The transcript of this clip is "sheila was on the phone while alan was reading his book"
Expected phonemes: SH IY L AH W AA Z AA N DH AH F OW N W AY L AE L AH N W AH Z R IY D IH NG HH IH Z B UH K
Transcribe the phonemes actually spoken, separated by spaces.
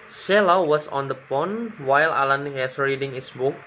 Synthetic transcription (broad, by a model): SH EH L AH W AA S AA N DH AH P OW N W AY L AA L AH N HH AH S R IY D IH NG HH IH S B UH K